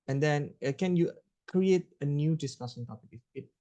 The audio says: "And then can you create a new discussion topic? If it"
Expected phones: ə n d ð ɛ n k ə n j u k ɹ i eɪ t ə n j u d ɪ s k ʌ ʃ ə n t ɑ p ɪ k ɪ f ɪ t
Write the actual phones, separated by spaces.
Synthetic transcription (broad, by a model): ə n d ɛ n k ə n j u k ɹ i eɪ t ə n j u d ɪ s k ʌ s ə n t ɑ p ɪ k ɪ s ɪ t